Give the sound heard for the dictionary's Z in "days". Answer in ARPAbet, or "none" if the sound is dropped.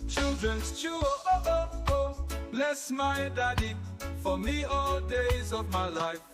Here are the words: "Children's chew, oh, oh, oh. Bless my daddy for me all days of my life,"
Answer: Z